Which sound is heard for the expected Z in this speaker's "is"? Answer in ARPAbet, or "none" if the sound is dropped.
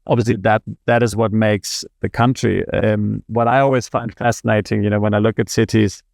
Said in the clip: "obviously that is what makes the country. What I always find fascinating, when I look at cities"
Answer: Z